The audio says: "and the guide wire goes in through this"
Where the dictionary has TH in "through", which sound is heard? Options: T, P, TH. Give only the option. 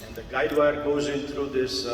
T